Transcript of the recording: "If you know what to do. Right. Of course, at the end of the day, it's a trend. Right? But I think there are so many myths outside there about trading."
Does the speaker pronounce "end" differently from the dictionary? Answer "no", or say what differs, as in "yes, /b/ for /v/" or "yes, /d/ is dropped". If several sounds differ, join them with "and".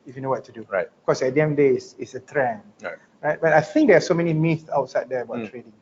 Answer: yes, /n/ is dropped